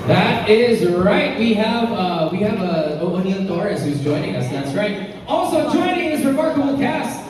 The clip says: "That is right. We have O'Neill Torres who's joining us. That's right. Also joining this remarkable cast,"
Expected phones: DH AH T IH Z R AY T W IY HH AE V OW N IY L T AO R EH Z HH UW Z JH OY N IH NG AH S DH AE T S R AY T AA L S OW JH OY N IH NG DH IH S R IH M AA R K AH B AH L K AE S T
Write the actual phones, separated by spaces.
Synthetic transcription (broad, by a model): DH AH T IH Z R AY T W IY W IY V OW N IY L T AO R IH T HH UW Z JH OY N IH NG AH S DH AE T S R AY T AA L S OW JH OY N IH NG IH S R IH M AA R K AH B L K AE S